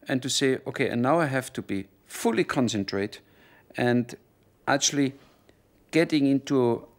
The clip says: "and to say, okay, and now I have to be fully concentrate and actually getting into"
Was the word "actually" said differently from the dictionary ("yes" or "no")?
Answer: no